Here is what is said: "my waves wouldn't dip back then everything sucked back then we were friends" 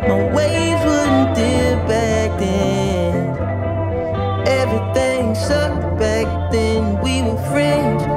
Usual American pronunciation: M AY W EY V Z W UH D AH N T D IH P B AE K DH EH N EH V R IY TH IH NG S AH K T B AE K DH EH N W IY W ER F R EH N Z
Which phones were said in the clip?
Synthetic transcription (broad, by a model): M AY W EY Z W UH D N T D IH B AE K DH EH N EH V R IY TH IH NG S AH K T B AE K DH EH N W IY W ER F R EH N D